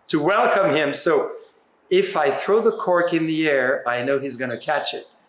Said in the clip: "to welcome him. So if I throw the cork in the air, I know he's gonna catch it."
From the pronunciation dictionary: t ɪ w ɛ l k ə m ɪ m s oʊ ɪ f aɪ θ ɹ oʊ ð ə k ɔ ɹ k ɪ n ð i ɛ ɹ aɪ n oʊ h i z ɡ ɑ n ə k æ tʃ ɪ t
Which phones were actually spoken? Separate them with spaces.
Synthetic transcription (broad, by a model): t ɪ w ɛ l k ə m ɪ m s oʊ ɪ f aɪ θ ɹ oʊ ð ə k ɔ ɹ k ɪ n ð i ɛ ɹ aɪ n oʊ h i z ɡ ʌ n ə k æ tʃ ɪ t